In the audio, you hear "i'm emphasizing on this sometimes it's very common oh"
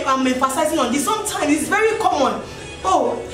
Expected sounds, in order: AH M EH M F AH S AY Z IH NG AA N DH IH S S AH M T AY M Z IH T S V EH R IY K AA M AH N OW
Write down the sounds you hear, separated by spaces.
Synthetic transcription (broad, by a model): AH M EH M F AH S AY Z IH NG AA N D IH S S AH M T AY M IH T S V EH R IY K AA M AH N OW